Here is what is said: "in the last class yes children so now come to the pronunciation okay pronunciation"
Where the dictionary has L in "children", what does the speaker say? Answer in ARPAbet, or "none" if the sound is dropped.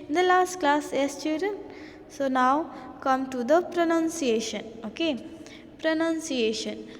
none